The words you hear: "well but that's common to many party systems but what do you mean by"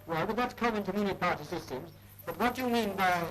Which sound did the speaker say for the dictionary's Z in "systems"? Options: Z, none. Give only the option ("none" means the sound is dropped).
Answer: Z